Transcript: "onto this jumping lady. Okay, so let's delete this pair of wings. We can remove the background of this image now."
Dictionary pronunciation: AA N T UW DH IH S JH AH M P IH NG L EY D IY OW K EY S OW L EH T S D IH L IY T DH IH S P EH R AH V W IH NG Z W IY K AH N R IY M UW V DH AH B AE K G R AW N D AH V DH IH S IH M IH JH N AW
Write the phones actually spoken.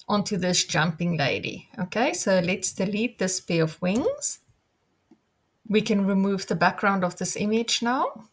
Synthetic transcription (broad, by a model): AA N T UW DH IH S JH AH M P IH NG L EY D IY OW K EY S OW L EH T S D IH L IY T DH IH S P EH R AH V W IH NG Z W IY K AH N R IY M UW V DH AH B AE K G R AW N D AH V DH IH S IH M IH JH N AW